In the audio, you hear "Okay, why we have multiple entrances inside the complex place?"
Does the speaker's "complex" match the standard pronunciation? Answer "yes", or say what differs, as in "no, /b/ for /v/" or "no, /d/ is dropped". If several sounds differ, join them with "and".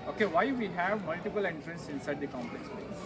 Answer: no, /n/ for /l/ and /k/ is dropped